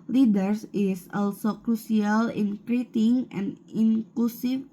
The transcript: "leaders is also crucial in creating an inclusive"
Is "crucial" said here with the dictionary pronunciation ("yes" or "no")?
no